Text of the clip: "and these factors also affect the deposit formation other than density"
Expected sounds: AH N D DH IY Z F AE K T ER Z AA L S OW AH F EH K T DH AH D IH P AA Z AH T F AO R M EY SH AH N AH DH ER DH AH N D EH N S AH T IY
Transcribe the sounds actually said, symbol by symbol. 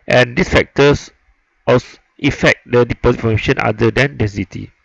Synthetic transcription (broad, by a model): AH N D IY S F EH K T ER S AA S AH F EH K T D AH D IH P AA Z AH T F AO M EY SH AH N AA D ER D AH N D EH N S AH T IY